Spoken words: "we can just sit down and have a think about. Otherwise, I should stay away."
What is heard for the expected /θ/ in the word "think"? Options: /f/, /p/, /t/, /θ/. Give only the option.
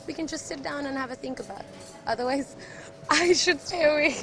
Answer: /θ/